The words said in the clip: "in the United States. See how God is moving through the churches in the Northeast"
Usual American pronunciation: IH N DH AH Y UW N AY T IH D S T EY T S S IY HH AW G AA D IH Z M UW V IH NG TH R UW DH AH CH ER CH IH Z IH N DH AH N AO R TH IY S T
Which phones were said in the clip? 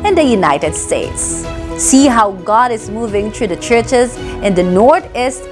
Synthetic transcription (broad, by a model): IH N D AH Y UW N AY T IH D S T EY T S S IY HH AW G AA D IH Z M UW V IH NG T R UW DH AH CH ER CH IH Z IH N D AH N AO R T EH S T